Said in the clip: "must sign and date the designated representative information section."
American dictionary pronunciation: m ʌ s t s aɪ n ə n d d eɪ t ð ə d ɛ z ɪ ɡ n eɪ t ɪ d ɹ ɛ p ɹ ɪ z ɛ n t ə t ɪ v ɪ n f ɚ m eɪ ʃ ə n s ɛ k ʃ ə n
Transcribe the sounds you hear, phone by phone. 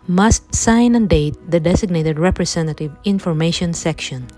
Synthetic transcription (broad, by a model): m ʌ s t s aɪ n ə n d d eɪ t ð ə d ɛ s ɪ ɡ n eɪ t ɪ d ɹ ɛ p ɹ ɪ s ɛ n t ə t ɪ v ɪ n f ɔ m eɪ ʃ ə n s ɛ k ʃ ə n